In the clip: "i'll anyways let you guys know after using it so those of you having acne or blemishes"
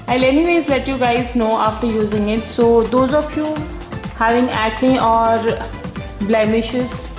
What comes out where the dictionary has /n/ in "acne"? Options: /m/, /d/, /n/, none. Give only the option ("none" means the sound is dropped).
none